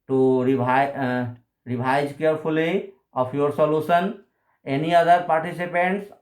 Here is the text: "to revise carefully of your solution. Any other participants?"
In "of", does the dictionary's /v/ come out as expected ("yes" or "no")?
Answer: no